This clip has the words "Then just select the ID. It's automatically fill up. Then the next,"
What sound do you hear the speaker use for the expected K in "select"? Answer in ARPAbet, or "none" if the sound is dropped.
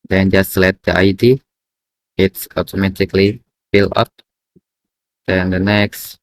none